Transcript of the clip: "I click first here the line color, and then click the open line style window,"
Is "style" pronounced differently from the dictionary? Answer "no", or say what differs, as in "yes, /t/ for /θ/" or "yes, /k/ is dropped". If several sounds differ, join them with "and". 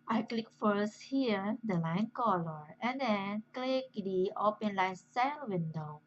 yes, /n/ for /l/